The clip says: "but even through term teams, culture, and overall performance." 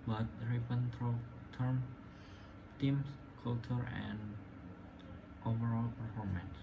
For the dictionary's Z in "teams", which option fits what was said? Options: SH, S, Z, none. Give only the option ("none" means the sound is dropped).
S